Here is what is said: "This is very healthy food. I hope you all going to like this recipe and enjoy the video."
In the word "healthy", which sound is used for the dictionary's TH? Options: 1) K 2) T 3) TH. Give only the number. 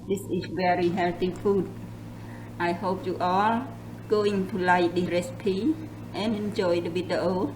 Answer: 2